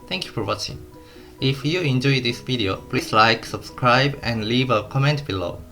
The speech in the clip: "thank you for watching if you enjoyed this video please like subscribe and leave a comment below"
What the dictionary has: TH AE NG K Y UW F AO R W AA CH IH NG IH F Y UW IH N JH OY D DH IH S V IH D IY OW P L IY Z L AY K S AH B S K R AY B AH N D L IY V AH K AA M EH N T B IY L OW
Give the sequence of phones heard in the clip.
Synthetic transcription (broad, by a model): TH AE NG K Y UW F AO R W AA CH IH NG IH F Y UW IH N JH OY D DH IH S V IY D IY OW P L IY S L AY K S AH B S K R AY B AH N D L IY V AH K AA M EH N T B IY L OW